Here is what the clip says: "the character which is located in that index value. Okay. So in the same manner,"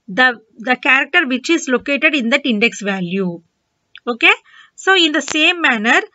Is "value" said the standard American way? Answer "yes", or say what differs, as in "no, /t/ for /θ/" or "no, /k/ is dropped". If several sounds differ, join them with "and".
yes